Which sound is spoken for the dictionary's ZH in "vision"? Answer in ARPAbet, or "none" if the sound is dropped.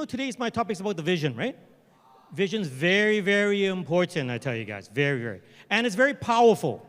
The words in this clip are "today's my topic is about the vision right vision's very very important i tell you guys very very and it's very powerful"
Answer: ZH